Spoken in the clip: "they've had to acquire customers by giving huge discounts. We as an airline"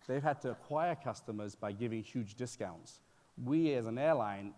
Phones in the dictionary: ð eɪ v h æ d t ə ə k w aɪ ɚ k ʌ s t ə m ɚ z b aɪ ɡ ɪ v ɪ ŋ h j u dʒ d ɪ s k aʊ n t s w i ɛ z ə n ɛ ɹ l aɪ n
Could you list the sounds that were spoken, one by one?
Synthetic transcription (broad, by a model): ð eɪ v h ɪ d t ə ə k w aɪ ɚ k ʌ s t ə m ɚ z b aɪ ɡ ɪ v ɪ ŋ h j u dʒ d ɪ s k aʊ n t s w i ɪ z ə n ɛ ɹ l aɪ n